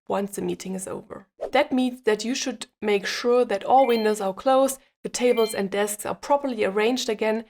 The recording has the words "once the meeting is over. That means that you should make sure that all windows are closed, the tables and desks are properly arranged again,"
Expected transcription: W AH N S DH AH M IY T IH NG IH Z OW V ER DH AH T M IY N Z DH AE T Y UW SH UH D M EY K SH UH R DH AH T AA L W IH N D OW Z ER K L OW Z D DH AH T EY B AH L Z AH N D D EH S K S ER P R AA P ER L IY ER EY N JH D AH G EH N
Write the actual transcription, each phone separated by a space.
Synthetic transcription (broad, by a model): W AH N S DH AH M IY T IH NG IH Z OW V ER DH AH T M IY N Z DH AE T Y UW SH UH D M EY K SH UH R DH AH T AA L W IH N D OW Z ER K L OW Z DH AH T EY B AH L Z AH N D D EH S K S ER P R AA P ER L IY ER EY N JH D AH G EH N